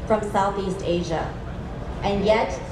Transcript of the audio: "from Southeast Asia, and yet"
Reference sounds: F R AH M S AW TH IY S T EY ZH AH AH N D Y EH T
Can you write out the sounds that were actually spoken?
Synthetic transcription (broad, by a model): F R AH M S AW TH IY S T EY ZH AH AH N Y EH T